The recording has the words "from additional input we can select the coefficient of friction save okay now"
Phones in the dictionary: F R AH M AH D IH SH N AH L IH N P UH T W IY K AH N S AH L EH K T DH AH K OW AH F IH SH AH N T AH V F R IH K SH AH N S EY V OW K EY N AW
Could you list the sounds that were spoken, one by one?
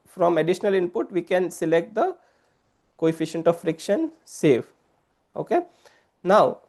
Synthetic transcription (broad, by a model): F R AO M AH D IH SH N AH L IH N P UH T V IY K AH N S AH L EH K T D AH K OW AH F IH SH AH N T AH V F R IH K SH AH N S EY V OW K EY N AW